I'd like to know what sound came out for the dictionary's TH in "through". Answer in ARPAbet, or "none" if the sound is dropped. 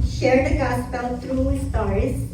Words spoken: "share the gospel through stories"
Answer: T